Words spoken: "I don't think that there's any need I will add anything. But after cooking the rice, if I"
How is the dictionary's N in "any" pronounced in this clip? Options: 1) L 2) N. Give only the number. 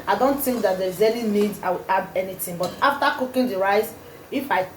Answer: 1